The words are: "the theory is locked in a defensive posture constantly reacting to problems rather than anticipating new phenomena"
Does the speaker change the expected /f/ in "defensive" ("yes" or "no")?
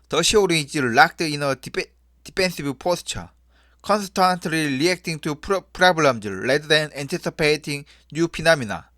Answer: yes